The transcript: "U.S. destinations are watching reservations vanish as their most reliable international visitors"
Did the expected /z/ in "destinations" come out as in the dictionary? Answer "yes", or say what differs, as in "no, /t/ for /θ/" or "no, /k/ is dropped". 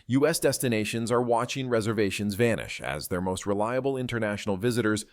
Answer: yes